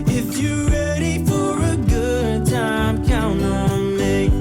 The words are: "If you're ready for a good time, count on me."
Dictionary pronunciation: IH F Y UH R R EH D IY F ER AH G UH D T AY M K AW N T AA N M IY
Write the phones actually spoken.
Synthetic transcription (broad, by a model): IH F Y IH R R EH D IY F ER AH G UH D T AY M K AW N AA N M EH